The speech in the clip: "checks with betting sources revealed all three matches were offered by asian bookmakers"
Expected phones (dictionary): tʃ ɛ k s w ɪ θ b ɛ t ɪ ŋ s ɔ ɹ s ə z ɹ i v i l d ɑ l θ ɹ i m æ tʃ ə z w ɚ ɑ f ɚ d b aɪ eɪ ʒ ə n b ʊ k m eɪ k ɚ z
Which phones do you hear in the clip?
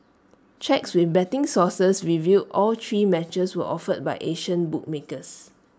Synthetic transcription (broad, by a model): tʃ ɛ k s w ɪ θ b ɛ t ɪ ŋ s ɔ s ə s ɹ i v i d ɑ l t ɹ i m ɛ tʃ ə s w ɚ ɑ f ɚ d b aɪ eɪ ʃ ə n b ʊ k m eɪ k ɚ s